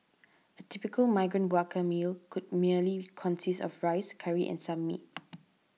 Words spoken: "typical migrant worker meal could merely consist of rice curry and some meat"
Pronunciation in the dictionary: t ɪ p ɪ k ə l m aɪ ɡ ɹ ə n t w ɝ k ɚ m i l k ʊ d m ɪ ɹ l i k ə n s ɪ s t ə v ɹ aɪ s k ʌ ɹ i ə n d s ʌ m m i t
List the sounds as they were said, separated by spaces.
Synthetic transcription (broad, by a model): t ɪ p ɪ k ə l m aɪ ɡ ɹ ə n t w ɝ k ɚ m i l k ʊ d m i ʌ l i k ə n s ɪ s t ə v ɹ aɪ s k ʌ ɹ i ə n s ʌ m m i t